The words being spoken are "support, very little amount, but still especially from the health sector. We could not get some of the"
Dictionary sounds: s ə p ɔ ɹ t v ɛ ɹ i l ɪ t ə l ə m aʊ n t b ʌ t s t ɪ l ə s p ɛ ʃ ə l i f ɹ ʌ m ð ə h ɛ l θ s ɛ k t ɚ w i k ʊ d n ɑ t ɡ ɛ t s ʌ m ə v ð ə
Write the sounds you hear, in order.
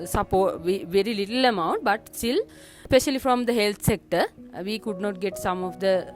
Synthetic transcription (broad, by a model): s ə p ɔ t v v ɛ ɹ i l ɪ t ə l ə m aʊ n t b ʌ t s t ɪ l s p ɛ ʃ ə l i f ɹ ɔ m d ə h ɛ l t s ɛ k t ɚ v i k ʊ d n ɑ t ɡ ɛ t s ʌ m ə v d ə